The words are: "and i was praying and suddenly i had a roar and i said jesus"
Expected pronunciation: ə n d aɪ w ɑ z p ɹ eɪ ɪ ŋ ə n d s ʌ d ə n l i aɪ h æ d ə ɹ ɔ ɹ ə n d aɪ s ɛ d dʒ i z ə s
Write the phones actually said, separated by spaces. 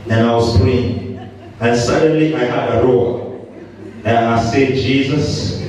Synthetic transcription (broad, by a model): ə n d aɪ w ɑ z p eɪ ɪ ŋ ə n s ʌ d ə n l i aɪ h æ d ə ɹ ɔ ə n aɪ s ɛ d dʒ i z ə s